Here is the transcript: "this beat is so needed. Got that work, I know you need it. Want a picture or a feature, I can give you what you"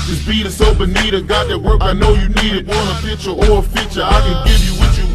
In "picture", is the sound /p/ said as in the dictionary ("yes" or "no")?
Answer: no